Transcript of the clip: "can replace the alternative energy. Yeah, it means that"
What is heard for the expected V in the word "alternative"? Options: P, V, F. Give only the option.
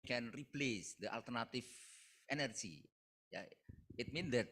F